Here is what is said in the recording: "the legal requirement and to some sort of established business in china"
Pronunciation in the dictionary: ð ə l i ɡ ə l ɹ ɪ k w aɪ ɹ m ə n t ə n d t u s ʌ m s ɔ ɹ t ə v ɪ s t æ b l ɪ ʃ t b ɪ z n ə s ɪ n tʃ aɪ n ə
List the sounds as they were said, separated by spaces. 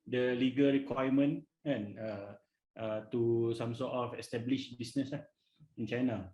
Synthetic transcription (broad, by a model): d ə l i ɡ ə l ɹ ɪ k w aɪ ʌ m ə n ə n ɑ t u s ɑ m s ɔ t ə f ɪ s t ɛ b l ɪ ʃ b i s n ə s ɪ n tʃ aɪ n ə